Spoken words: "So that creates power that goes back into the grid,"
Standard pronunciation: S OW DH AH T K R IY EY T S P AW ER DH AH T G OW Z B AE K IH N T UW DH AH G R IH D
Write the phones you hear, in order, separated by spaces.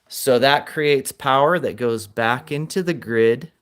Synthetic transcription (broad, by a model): S OW DH AH T K R IY EY T S P AW ER DH AH T G OW Z B AE K IH N T UW DH AH G R IH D